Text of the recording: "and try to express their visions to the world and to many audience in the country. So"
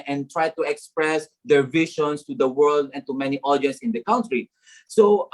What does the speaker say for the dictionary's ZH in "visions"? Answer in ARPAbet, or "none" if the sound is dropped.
SH